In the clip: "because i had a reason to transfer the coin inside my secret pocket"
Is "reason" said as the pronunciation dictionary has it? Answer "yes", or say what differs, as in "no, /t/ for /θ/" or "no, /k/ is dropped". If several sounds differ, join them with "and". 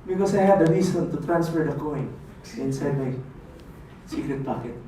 no, /s/ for /z/